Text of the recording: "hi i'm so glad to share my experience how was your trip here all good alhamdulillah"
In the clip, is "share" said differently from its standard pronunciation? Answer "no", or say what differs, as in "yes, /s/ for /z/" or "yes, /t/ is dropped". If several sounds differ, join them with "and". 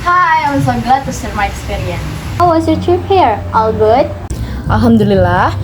yes, /s/ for /ʃ/